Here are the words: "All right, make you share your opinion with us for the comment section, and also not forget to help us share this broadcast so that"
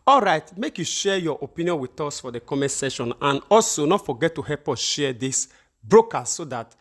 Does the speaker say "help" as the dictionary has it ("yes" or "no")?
no